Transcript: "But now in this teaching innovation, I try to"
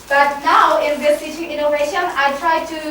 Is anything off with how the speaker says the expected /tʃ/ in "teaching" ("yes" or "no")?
yes